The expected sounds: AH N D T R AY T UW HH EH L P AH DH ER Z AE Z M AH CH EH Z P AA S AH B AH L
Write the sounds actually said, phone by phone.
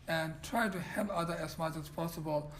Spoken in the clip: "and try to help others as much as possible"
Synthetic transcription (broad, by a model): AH N T R AY T UW HH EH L AH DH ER AE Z M AH CH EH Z P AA S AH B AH L